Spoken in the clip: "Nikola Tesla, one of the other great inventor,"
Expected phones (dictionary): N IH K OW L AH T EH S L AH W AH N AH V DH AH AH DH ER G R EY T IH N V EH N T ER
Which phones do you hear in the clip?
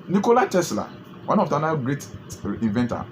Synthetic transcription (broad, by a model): N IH K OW L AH T EH S L AH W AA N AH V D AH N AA G R EY T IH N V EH N T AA